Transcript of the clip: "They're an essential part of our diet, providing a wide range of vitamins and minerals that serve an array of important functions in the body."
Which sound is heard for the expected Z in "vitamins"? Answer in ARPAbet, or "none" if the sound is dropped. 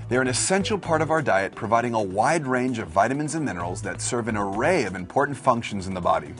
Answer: Z